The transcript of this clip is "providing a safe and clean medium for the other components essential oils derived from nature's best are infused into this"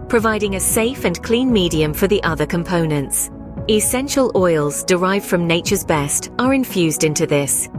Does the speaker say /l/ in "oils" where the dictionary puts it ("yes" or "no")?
yes